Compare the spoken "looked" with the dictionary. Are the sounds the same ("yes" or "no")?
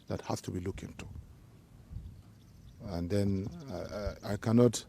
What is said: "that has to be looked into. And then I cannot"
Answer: no